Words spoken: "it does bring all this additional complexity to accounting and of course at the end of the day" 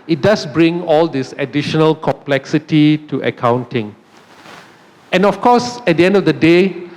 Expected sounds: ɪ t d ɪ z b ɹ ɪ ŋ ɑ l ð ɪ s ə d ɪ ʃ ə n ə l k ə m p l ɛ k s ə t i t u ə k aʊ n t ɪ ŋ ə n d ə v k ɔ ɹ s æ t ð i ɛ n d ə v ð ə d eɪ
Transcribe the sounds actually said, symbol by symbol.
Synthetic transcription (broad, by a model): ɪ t d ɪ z b ɹ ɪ ŋ ɑ l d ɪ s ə d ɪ ʃ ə n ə l k ə m p l ɛ k s ə t i t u ə k aʊ n t ɪ ŋ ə n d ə f k ɔ s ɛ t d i ɛ n d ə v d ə d eɪ